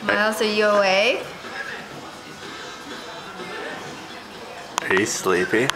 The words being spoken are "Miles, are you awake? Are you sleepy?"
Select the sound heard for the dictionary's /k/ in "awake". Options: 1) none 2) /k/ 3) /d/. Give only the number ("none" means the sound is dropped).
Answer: 1